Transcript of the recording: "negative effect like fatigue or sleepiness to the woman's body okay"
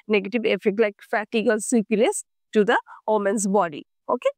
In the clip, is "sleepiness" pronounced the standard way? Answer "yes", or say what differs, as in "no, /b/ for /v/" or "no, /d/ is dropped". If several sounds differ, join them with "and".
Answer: no, /l/ is dropped and /l/ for /n/